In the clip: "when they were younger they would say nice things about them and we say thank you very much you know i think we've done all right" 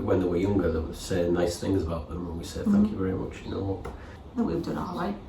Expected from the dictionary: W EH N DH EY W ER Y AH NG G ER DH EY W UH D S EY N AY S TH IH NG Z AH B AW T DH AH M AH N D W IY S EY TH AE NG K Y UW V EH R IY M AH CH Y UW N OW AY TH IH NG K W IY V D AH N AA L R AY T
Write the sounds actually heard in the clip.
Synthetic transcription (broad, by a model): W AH N DH EY W ER Y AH NG G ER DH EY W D S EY N AY S TH IH NG Z AH B AW T DH AH M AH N W IY S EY TH AE NG K Y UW V EH R IY M AH CH Y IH N OW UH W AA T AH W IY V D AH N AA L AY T